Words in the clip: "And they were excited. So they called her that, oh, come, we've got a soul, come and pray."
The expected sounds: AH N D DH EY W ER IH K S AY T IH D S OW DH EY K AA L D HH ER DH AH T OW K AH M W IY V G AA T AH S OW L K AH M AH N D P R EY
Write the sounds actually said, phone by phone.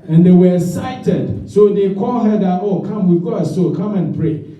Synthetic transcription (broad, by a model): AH N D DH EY W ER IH S AY T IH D S OW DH EY K AA L HH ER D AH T OW K AH M W IY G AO AH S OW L K AH M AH N P R EY